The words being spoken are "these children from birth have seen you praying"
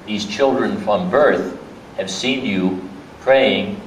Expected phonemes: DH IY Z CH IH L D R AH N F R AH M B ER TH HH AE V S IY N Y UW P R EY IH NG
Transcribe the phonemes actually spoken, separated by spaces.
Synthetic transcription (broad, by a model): DH IY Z CH IH L D R AH N F R AH M B ER TH HH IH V S IY N Y UW P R EY IH NG